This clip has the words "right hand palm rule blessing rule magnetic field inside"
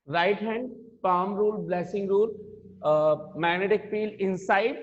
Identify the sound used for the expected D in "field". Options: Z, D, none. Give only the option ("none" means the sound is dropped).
none